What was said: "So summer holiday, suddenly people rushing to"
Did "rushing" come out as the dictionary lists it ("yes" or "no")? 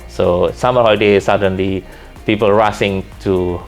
no